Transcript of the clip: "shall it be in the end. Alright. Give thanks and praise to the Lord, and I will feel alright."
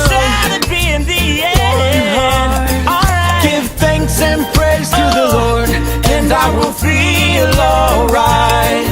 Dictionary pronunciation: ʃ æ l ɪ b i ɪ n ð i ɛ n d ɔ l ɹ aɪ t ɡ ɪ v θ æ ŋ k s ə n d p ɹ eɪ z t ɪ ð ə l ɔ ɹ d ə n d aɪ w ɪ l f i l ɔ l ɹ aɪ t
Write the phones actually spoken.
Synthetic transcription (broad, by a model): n ɪ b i ɪ n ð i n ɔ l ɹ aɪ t ɡ ɪ v θ æ ŋ k s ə n p ɹ eɪ z t ɪ ð ə l ɔ ɹ d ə n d aɪ w ɪ l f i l ɔ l ɹ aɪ t